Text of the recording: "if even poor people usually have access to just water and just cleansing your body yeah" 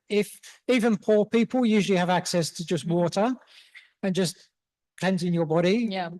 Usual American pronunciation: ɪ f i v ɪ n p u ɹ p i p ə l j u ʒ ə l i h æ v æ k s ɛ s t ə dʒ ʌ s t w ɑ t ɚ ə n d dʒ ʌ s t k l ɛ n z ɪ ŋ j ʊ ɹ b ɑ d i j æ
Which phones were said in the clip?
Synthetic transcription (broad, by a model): ɪ f i v ɪ n p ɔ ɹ p i p ə l j u ʒ ə l i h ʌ v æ k s ɛ s t ə dʒ ʌ s t w ɑ t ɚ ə n dʒ ʌ s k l ɛ n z ɪ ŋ j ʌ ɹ b ɑ d i j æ